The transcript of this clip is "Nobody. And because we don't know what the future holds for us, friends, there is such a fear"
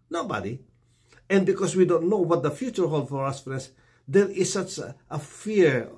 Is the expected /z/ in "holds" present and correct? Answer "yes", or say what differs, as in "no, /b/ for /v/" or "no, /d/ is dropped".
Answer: no, /z/ is dropped